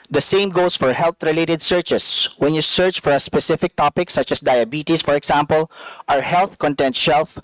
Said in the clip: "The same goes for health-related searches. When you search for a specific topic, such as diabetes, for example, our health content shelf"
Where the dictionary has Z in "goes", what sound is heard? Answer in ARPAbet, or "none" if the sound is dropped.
S